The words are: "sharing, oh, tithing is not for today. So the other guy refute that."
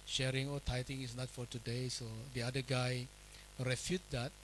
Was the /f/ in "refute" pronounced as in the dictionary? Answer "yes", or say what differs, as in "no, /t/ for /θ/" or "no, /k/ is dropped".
yes